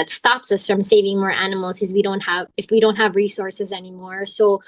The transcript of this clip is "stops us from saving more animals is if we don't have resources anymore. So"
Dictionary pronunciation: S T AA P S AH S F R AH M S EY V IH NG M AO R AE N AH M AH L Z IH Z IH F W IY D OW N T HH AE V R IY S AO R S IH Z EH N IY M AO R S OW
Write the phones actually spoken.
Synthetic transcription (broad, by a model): S T AA P S AH S F R AH M S EY V IH NG M AO R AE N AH M L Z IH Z IH F W IY D OW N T HH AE V R IY S AO R S IH Z EH N IY M AO R S OW